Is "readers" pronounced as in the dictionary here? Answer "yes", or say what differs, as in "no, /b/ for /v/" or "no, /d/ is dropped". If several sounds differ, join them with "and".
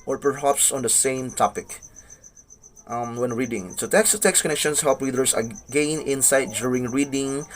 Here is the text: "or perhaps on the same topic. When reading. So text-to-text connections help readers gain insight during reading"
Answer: no, /w/ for /ɹ/ and /s/ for /z/